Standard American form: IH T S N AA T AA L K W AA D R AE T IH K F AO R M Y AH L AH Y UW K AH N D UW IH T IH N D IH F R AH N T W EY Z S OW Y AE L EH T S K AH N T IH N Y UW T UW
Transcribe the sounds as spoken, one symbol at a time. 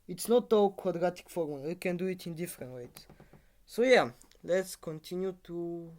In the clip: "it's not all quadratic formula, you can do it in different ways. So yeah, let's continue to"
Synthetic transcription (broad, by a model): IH T S N AA T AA K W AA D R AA T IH K F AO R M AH W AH K AH N D UW IH T IH N D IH F R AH N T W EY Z S OW Y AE L EH T S K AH N T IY N Y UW T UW